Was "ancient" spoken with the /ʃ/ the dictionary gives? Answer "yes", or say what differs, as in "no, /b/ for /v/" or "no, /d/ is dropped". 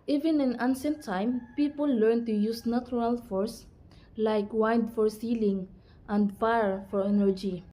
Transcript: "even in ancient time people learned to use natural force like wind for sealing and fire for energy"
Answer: no, /s/ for /ʃ/